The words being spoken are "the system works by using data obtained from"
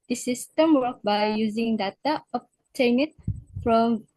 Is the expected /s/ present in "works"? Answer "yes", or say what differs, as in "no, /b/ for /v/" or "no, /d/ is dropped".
no, /s/ is dropped